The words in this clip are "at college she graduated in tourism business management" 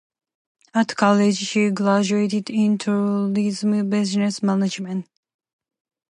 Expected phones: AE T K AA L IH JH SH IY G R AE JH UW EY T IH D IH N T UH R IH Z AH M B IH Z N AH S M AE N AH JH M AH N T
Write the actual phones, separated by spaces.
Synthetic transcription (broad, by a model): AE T K AA L IH JH SH IY G L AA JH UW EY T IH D IH N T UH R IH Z M B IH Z N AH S M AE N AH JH M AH N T